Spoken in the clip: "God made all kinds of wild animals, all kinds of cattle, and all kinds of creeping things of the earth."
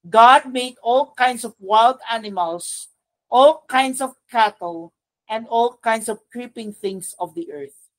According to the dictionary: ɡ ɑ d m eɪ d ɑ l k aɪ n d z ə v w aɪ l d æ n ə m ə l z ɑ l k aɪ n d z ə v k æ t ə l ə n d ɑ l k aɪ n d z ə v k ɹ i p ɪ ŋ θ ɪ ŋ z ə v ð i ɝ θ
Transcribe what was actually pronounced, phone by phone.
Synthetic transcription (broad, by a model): ɡ ɑ d m eɪ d ɑ l k aɪ n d s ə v w aɪ l d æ n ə m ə l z ɑ l k aɪ n d s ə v k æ t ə l ə n d ɑ l k aɪ n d s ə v k ɹ i p ɪ ŋ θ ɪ ŋ s ə v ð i ɝ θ